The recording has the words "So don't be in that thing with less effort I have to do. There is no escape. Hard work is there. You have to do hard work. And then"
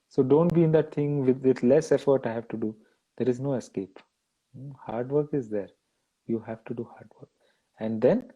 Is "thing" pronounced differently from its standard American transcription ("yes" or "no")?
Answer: yes